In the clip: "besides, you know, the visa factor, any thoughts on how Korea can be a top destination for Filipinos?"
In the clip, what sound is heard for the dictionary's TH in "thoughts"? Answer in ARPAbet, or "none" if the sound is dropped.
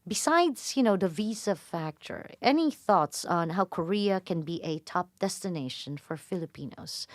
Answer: TH